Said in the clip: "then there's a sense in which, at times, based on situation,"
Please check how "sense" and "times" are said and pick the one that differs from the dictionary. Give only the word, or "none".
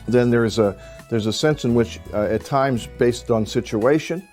none